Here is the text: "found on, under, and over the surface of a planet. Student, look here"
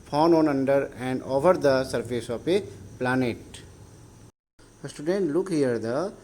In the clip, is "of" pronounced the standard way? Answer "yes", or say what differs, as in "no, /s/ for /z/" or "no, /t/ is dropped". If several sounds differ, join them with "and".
no, /p/ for /v/